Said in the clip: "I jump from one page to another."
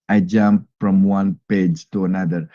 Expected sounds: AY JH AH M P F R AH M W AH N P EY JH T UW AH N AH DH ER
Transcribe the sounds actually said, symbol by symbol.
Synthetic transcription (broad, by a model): AY JH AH M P F R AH M W AH N P EY JH T UW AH N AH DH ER